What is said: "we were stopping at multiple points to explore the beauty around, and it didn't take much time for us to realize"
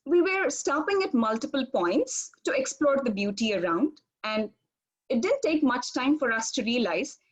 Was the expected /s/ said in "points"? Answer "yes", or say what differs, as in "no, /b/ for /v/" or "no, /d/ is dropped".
yes